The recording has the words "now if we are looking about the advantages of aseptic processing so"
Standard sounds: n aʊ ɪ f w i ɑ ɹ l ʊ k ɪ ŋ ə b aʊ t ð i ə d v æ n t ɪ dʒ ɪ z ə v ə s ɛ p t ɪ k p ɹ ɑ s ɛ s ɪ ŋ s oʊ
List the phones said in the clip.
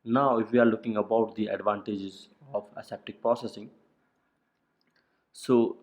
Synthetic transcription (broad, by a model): n aʊ ɪ f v i ɑ ɹ l ʊ k ɪ ŋ ə b aʊ t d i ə d v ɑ n t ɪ dʒ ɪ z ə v ə s ɛ p t ɪ k p ɹ ɑ s ɛ s ɪ ŋ s oʊ